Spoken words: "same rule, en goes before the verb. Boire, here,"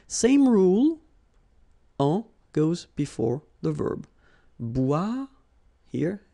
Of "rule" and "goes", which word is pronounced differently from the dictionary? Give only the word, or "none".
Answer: none